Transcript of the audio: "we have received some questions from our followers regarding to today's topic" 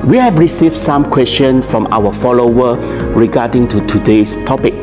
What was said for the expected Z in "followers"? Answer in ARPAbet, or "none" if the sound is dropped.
none